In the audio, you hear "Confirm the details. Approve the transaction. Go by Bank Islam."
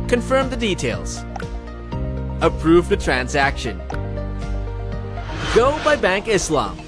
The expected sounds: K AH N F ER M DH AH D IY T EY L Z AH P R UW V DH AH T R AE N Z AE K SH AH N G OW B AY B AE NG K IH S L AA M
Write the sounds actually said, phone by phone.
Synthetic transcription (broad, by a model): K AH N F ER M DH AH D IY T EY L Z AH P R UW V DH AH T R AE N Z AE K SH AH N G OW B AY B AE NG K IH S L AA M